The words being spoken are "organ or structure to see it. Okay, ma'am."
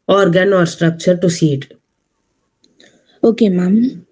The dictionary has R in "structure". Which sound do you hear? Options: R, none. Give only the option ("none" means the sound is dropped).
R